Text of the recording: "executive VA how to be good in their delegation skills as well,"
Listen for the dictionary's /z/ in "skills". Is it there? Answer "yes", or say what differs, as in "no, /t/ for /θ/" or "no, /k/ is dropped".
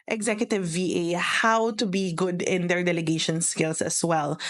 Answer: no, /s/ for /z/